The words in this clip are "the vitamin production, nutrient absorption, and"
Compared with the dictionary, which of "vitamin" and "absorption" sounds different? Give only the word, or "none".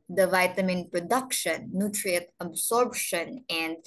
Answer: absorption